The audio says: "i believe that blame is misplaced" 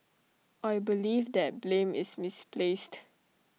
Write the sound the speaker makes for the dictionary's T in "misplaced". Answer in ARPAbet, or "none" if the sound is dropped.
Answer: T